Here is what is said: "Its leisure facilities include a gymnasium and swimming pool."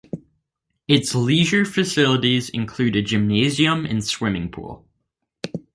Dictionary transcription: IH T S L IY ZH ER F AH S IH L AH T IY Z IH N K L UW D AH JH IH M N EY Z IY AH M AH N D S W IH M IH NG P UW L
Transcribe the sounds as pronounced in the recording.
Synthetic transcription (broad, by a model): IH T S L IY ZH ER F AH S IH L AH T IY Z IH N K L UW D AH JH IH M N EY Z IY AH M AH N S W IH M IH NG P UW L